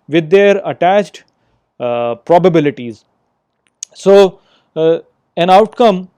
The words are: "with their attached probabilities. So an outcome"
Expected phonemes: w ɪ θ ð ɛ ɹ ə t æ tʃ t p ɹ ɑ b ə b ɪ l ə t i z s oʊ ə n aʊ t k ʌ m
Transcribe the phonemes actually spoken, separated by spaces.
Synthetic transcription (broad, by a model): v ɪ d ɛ ɹ ə t æ tʃ t p ɹ ɑ b ə b ɪ l ə t i z s oʊ ə n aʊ t k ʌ m